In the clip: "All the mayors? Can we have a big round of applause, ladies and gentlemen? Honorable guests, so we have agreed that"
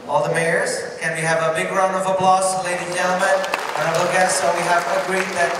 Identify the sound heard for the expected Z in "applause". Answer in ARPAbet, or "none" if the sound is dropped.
S